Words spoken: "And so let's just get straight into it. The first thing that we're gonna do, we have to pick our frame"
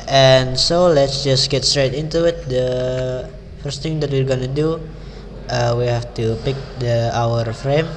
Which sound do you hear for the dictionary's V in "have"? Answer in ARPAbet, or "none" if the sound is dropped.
F